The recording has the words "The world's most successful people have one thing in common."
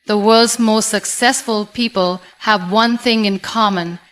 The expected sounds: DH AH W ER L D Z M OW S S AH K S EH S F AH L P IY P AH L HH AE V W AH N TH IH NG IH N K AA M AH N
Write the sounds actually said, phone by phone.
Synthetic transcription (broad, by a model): DH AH W ER L D Z M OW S S AH K S EH S F AH L P IY P AH L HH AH V W AH N TH IH NG IH N K AA M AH N